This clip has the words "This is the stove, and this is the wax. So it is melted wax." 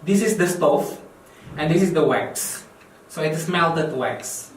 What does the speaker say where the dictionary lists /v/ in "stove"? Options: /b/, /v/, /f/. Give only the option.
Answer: /f/